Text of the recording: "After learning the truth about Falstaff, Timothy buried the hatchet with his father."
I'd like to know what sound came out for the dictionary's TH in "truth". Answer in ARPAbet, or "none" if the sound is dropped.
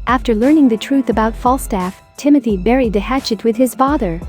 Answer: TH